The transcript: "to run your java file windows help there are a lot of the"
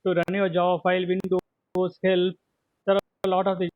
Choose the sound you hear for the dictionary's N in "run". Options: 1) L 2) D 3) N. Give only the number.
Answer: 3